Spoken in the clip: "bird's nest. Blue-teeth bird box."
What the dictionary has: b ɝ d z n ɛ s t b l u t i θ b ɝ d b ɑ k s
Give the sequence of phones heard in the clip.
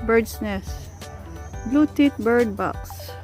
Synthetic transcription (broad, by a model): b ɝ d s n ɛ s b l u t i t b ɝ d b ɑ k s